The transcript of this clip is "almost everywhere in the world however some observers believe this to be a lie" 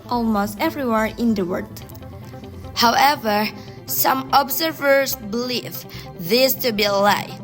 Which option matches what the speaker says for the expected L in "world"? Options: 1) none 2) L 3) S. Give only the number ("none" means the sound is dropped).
1